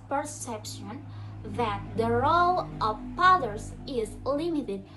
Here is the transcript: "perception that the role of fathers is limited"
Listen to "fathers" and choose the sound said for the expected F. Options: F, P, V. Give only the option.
P